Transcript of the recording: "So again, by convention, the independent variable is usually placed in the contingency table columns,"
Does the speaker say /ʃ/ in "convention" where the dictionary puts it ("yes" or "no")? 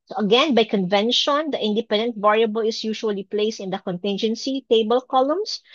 yes